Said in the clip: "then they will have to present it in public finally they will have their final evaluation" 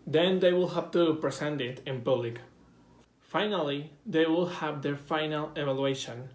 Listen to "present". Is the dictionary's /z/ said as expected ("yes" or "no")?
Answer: no